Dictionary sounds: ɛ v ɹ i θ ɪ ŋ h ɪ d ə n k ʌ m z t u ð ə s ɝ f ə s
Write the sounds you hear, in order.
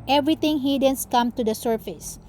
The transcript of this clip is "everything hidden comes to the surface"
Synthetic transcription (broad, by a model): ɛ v ɹ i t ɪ ŋ h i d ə n k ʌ m t u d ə s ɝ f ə s